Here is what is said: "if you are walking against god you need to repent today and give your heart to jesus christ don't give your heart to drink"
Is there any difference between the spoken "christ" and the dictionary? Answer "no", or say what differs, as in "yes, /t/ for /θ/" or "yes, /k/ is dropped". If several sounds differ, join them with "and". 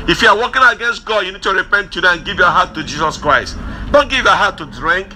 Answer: no